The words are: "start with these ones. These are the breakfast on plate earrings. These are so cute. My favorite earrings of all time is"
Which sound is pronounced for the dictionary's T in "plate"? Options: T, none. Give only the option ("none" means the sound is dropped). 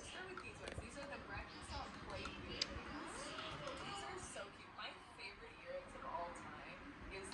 none